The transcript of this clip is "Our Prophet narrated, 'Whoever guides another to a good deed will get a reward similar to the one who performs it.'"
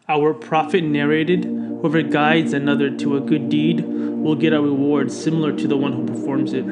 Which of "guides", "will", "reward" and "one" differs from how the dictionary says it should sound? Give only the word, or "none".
none